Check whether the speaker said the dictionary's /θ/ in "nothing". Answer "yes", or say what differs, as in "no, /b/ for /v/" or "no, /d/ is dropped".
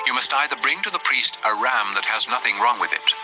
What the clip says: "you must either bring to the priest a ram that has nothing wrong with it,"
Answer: yes